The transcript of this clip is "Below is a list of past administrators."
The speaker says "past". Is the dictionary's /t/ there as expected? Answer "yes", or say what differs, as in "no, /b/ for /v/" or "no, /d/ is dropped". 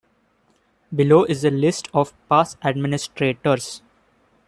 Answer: no, /t/ is dropped